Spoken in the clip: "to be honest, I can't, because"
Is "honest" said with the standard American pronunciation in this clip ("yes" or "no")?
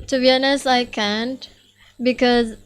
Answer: no